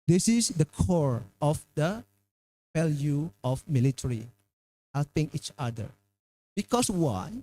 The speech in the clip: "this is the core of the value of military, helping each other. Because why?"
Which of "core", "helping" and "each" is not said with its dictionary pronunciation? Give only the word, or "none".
none